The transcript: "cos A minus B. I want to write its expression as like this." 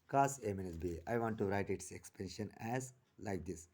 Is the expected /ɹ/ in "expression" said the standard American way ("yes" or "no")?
no